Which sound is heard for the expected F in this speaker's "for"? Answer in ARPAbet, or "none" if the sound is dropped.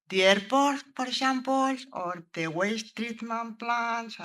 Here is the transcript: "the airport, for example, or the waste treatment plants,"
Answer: P